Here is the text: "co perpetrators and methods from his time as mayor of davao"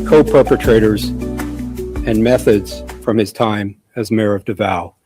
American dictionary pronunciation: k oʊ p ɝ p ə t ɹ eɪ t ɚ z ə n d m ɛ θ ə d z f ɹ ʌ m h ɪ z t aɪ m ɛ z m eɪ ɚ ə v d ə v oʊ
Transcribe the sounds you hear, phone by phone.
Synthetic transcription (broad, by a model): k oʊ p ɝ p ə t ɹ eɪ t ɚ z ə n m ɛ θ ə d z f ɹ ʌ m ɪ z t aɪ m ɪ z m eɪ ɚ ə v d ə v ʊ